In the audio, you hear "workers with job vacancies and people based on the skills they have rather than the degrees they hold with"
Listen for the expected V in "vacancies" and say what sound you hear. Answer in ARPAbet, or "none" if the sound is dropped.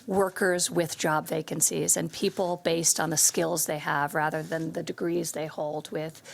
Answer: V